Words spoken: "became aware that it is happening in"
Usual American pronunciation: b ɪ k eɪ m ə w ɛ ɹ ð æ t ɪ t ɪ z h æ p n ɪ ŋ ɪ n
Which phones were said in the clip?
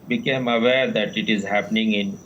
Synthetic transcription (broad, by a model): b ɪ k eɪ m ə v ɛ ɹ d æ t ɪ t ɪ z h æ p n ɪ ŋ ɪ n